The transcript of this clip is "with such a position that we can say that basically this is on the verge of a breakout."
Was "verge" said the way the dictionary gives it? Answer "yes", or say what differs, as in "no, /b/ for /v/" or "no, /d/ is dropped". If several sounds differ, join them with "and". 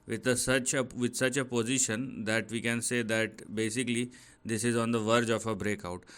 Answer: yes